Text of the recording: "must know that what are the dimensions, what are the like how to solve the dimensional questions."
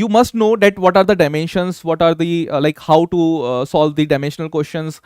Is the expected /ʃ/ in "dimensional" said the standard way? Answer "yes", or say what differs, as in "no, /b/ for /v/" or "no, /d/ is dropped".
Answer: yes